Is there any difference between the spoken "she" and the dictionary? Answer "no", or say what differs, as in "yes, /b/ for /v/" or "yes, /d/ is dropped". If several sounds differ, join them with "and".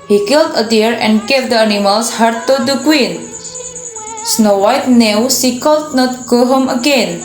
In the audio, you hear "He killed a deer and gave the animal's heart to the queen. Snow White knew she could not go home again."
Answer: yes, /s/ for /ʃ/